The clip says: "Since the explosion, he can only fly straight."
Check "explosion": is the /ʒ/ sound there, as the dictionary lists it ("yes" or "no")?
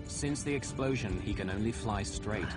yes